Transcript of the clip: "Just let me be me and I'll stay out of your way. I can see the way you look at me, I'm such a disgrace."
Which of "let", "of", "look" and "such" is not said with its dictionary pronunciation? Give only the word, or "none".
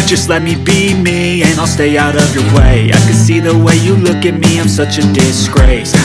none